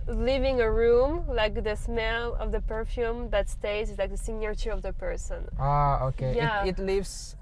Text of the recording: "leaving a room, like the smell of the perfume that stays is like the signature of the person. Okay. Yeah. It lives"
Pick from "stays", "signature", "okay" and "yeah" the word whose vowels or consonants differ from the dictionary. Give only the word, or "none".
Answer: stays